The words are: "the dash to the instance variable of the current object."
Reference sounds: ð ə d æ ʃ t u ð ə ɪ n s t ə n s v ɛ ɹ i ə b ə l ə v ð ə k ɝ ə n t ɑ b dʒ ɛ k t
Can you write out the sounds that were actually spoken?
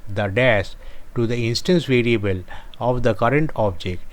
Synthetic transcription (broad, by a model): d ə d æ s t u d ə ɪ n s t ə n s v ɛ ɹ i ə b ə l ə v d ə k ɝ ə n t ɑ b dʒ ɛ k t